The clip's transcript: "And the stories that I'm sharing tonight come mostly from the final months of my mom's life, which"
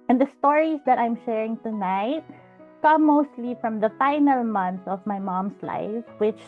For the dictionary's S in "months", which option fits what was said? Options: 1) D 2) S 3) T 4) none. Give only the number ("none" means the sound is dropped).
4